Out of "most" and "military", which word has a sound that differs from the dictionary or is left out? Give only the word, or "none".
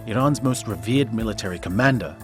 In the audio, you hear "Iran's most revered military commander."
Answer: none